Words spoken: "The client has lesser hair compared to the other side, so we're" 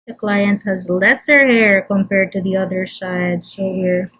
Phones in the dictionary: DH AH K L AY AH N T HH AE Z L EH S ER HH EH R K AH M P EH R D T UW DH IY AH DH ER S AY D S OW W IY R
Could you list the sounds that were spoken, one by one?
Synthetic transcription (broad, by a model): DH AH K L AY AH N T HH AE Z L EH S ER HH EH R K AH M P EH R D T UW DH IY AH DH ER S AY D SH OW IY R